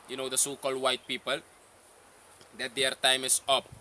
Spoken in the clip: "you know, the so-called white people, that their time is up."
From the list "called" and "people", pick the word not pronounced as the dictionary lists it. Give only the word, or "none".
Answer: none